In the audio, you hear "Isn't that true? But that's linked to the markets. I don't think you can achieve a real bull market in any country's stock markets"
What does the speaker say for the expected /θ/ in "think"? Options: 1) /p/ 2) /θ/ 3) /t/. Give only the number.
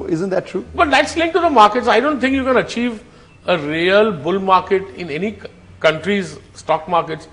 3